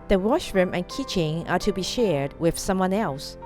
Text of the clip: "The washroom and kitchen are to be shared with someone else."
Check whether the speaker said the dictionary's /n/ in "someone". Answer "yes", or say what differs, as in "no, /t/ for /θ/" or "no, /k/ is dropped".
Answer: yes